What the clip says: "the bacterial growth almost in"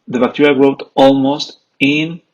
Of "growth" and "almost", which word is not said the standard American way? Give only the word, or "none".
growth